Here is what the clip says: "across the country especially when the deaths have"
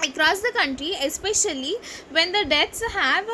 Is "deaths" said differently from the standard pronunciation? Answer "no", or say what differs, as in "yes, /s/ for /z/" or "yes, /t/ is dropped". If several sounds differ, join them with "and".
yes, /t/ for /θ/